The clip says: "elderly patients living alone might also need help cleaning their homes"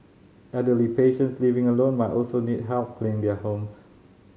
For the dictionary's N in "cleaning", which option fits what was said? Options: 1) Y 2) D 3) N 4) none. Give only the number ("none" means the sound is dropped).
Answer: 4